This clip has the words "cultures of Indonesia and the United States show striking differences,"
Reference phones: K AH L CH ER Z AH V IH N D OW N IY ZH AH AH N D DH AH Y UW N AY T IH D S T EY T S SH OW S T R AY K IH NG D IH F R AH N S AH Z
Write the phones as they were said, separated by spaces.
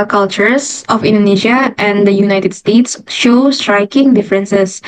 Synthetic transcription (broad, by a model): K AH L CH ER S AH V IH N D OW N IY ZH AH AH N D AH Y UW N AY T IH D S T EY T S SH OW S T R AY K IH NG D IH F R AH N S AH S